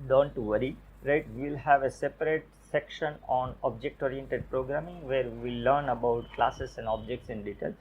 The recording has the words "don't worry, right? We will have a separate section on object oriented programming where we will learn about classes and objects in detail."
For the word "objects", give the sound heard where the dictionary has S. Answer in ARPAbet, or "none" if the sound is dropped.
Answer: S